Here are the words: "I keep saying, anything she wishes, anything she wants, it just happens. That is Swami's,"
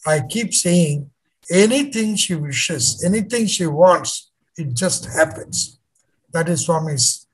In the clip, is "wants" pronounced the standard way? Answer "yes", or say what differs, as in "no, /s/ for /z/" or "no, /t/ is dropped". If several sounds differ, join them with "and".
yes